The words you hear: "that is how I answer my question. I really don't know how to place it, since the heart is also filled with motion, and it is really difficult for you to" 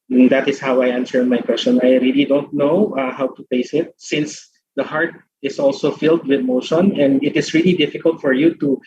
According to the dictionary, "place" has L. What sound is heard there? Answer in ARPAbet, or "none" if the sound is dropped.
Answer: none